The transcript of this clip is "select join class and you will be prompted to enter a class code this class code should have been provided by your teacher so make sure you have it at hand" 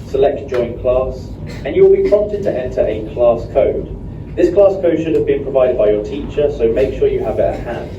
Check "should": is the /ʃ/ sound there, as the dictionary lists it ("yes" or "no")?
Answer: yes